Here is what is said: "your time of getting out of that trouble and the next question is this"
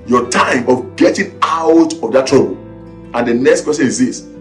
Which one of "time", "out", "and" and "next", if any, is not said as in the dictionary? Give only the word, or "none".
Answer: none